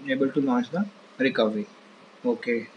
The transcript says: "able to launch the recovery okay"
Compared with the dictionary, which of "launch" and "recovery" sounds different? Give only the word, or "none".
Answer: launch